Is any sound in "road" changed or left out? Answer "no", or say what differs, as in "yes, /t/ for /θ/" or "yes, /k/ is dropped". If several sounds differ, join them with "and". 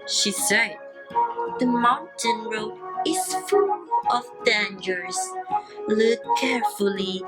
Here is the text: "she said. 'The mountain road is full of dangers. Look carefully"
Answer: yes, /d/ is dropped